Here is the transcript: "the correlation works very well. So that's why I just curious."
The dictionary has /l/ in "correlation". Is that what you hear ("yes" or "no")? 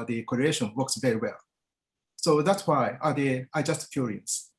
no